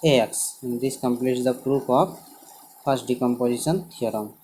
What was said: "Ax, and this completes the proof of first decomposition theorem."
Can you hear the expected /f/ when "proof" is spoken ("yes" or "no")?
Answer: no